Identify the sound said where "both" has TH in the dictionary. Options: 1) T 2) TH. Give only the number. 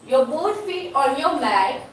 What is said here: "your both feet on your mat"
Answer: 1